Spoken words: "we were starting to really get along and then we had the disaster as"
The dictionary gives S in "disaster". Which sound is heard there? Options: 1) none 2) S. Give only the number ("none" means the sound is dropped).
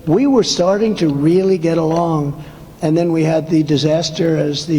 2